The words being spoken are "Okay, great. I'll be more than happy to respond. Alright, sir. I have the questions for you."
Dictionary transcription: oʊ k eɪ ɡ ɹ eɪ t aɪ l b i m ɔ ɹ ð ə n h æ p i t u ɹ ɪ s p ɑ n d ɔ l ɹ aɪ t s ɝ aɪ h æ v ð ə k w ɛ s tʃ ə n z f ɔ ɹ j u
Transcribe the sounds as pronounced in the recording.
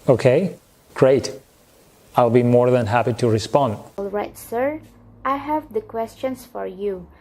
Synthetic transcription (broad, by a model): oʊ k eɪ ɡ ɹ eɪ t aɪ l b i m ɔ ɹ ð ə n h æ p i t u ɹ ɪ s p ɑ n d ɔ l ɹ aɪ t s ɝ aɪ h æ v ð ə k w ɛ s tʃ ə n s f ɔ ɹ j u